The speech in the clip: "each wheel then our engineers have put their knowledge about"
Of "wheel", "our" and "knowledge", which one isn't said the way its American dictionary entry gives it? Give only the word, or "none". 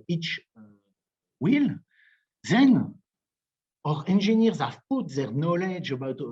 none